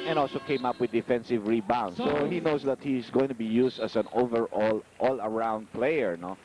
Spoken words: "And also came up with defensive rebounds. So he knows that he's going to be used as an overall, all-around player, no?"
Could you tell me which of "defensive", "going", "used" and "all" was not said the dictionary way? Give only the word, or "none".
used